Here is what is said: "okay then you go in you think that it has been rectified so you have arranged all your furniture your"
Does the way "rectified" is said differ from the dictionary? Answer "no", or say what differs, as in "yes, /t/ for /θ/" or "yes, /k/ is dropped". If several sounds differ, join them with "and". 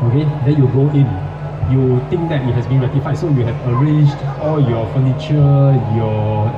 yes, /k/ is dropped